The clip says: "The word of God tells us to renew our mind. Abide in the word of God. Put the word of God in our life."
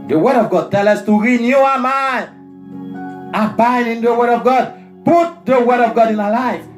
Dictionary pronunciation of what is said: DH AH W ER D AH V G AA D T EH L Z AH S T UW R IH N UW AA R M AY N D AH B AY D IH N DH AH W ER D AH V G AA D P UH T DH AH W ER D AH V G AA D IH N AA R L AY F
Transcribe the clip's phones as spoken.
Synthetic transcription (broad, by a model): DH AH W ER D AH V G AA D T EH L AH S T UW R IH N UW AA M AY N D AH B AY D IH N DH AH W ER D AH V G AA D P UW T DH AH W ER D AH V G AA D IH N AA L AY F